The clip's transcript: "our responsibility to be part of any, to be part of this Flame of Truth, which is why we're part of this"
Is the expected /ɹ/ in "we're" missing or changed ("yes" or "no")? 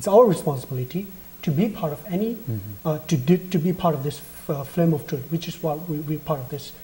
yes